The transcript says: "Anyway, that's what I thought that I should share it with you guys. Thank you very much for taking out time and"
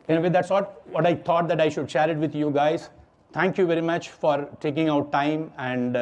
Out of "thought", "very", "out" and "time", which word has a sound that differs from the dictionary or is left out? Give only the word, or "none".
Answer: thought